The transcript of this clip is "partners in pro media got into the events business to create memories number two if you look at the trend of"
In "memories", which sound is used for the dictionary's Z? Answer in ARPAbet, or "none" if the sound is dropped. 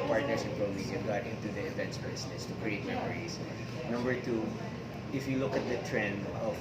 S